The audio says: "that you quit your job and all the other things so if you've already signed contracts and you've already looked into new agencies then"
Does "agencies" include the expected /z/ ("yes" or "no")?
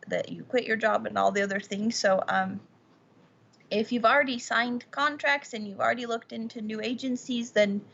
yes